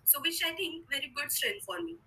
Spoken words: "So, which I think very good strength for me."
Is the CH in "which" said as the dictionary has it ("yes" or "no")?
no